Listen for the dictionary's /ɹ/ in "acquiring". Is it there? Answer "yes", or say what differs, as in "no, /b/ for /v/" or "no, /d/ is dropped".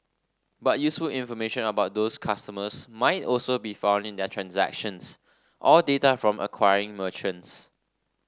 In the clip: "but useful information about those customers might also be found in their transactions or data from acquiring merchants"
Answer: yes